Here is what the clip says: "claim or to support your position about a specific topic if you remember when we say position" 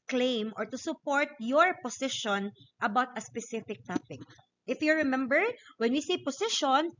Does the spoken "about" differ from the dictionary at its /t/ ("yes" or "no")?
no